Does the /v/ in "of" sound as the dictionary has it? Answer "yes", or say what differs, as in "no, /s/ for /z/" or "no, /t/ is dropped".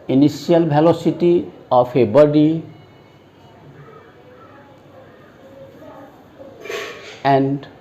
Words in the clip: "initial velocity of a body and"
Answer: no, /p/ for /v/